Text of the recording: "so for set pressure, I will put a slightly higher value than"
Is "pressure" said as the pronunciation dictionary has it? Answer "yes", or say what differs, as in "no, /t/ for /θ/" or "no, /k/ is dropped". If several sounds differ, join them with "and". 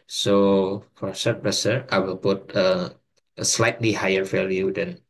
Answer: no, /s/ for /ʃ/